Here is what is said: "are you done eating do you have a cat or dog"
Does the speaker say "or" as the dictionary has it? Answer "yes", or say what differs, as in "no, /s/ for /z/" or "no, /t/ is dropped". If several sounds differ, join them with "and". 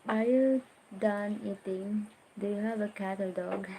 no, /l/ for /ɹ/